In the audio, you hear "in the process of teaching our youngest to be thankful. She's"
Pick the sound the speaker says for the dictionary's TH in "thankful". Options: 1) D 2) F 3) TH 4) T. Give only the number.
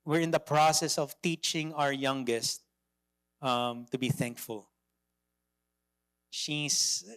3